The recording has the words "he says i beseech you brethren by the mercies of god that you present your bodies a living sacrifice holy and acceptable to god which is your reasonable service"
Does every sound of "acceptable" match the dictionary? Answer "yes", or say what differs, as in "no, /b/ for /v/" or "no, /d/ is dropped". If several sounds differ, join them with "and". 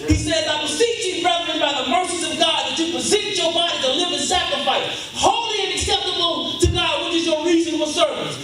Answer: no, /n/ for /l/